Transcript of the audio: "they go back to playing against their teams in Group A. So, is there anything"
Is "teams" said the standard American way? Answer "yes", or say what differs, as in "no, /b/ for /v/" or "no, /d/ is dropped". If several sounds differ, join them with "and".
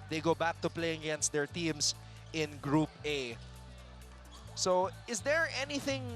no, /s/ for /z/